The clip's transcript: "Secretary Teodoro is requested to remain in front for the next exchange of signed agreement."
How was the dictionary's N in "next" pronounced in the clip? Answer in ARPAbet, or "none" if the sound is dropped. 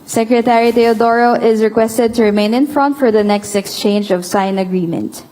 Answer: N